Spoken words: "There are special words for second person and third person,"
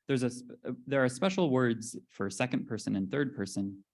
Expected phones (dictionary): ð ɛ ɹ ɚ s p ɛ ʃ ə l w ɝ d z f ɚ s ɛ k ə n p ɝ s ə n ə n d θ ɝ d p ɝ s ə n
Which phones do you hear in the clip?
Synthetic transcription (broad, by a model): ð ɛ ɹ ɚ s p ɛ ʃ l w ɝ d z f ɚ s ɛ k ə n p ɝ s ə n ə n θ ɝ d p ɝ s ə n